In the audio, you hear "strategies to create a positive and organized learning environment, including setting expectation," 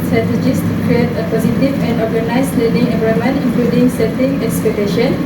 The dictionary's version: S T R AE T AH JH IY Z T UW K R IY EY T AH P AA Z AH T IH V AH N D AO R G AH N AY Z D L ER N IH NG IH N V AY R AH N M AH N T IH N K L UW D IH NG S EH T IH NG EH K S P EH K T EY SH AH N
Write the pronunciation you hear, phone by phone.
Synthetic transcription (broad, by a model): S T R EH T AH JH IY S T UW K R IY EY T AH P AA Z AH T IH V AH N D AO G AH N AY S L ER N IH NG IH V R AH M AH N IH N K L UW D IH NG S EH T IH NG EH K S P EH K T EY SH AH N